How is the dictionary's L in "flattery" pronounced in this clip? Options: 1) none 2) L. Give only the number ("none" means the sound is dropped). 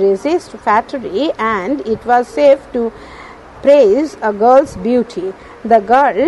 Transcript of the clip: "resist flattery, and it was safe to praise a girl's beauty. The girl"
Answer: 1